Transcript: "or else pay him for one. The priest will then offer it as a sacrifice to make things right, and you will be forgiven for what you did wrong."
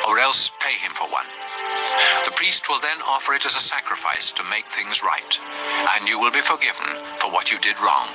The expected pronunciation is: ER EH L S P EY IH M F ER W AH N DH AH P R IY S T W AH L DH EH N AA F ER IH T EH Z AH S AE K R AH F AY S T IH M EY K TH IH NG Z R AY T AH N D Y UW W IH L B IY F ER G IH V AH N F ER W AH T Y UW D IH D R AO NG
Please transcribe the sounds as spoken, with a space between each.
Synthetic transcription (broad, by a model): ER EH L S P EY IH M F ER W AH N DH AH P R IY S T W AH L DH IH N AA F ER IH T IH Z AH S AE K R AH F AY S T IH M EY K TH IH NG Z R AY T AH N Y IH W IH L B IY F ER G IH V AH N F ER W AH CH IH D IH D R AO NG